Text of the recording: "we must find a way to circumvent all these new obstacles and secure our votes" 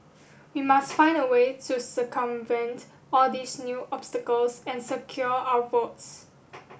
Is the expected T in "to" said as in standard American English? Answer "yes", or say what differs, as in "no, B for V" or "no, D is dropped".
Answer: yes